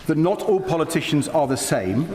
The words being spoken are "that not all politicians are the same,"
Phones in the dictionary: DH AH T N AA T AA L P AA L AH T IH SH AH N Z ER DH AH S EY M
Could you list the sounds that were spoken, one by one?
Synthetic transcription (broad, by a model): DH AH T N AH T AA L P AA L AH T IH SH AH N Z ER DH AH S EY M